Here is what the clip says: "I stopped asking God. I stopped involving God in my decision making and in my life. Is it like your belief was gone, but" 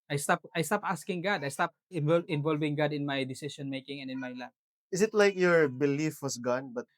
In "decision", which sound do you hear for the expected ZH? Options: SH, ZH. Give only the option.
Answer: SH